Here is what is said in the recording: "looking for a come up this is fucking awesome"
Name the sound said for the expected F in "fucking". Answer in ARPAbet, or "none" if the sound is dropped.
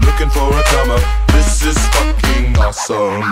F